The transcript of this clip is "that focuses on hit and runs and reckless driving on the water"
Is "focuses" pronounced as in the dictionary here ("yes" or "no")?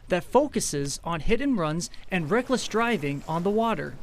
yes